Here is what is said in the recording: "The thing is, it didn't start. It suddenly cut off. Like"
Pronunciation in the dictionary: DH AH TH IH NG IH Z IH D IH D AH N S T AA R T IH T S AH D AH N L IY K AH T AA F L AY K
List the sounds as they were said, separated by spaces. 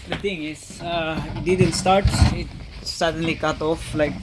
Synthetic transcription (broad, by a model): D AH T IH NG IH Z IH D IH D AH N S T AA R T IH T S AH D AH N L IY K AH T AA F L AY K